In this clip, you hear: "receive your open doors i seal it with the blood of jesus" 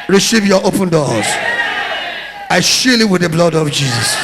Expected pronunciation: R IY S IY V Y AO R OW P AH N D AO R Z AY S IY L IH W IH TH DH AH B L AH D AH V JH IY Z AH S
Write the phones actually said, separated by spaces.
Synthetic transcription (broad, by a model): R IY S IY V Y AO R OW P AH N D AO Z AY SH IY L IH W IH DH AH B L AH D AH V JH IY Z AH S